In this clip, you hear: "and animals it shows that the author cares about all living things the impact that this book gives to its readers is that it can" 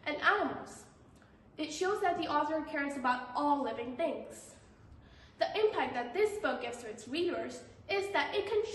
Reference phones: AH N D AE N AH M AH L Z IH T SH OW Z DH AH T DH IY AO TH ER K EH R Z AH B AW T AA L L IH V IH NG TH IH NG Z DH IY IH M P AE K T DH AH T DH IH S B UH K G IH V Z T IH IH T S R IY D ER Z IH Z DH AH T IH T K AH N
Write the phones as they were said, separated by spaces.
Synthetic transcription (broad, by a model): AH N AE AH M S IH T SH OW Z DH AH T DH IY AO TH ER K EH R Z AH B AW T AA L L IH V IH NG TH IH NG Z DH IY IH M P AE K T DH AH T DH IH S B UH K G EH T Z T IH IH T S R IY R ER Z IH Z DH AH T IH T K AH N